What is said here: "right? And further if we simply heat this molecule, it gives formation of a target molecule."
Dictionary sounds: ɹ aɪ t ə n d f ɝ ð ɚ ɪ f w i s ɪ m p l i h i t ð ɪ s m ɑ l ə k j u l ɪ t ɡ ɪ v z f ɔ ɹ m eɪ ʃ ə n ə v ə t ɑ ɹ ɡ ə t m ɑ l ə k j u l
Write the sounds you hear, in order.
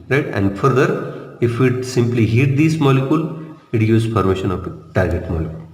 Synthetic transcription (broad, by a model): ɹ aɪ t ə n d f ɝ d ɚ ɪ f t s ɪ m p l i h i t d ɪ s m ɑ l ə k j u l ɪ t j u z p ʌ ɹ m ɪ ʃ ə n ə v t ɑ ɹ ɡ ə t m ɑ l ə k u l